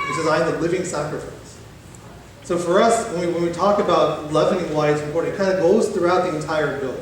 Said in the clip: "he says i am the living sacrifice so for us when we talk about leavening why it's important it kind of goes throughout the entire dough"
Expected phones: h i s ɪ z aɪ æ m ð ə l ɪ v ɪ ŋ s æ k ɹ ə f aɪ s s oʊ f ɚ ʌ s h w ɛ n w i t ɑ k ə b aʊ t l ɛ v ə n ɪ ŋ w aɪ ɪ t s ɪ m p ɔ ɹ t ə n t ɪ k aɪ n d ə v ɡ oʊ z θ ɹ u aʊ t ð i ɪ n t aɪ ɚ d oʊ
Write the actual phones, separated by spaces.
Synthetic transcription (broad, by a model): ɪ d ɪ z aɪ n ð ə l ɪ v ɪ ŋ s æ k ɹ ə f aɪ s s oʊ f ɚ ʌ s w w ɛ n w i t ɑ k ə b aʊ t l ɛ v ə n ɪ ŋ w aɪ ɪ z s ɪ p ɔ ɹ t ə t k aɪ n d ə ɡ oʊ z θ ɹ u aʊ t ð i ɪ n t aɪ ɚ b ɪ